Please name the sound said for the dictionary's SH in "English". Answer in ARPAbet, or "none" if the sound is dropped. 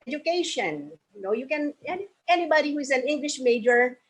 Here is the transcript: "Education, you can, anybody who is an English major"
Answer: SH